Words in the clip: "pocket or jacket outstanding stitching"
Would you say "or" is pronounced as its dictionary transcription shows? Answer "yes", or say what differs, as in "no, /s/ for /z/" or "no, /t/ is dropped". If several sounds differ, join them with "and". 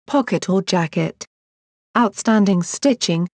no, /l/ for /ɹ/